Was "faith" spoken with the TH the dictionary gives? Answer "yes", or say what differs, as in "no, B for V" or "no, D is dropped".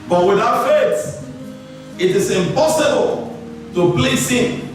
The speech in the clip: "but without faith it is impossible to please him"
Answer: no, S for TH